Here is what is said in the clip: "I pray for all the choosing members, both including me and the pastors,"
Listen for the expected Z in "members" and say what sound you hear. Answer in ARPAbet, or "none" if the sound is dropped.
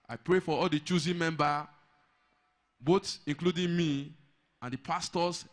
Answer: none